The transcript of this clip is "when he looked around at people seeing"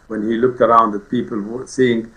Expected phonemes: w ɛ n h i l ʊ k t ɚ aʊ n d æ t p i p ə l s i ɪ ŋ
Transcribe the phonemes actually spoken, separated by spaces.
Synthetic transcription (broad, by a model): w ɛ n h i l ʊ k t ɚ aʊ n d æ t p i p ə l s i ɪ ŋ